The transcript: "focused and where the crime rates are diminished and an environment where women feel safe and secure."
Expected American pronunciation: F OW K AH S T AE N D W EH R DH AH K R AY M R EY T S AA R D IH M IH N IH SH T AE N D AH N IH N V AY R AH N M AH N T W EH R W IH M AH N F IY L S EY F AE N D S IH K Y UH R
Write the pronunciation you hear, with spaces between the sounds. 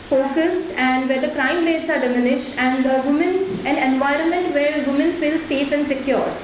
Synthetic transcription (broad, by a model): F OW K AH S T AE N D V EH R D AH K R AY M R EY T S AA R D IH M IH N IH SH T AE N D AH N IH N V AY R AH N M AH N T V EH R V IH M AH N F IY L S EY F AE N D S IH K Y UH R